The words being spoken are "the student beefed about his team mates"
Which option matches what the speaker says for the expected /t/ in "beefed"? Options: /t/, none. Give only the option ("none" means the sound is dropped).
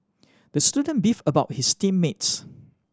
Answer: none